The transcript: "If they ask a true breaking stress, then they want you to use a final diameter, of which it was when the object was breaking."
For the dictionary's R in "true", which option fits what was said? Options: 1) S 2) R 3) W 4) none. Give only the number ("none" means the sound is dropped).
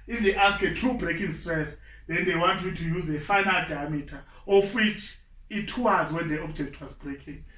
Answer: 2